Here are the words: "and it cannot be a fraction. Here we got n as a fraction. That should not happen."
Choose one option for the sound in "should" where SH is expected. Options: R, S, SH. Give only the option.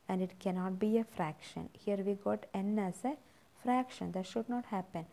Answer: SH